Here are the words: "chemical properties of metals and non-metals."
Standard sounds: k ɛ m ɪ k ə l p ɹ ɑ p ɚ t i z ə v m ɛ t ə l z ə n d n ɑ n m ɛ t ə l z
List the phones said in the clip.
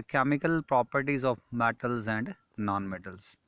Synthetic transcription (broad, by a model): k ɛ m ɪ k ə l p ɹ ɑ p ɚ t i z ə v m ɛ t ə l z ə n d n ɑ n m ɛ t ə l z